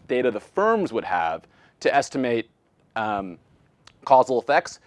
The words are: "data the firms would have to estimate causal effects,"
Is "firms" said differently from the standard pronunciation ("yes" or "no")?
no